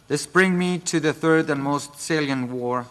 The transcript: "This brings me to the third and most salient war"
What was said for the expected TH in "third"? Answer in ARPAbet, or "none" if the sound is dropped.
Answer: TH